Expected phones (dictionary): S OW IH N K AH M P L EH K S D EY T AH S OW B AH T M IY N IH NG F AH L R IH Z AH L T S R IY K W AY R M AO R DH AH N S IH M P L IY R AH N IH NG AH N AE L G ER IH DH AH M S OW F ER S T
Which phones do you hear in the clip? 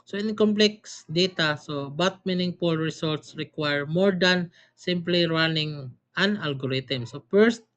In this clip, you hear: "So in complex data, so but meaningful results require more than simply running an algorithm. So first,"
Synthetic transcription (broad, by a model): S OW IH N K AH M P L EH K S D EY T AH S OW B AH T M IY N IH NG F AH L R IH S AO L T S R IY K W AY R M AO R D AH N S IH M P L IY R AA N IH NG AH N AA L G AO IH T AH M S OW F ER S T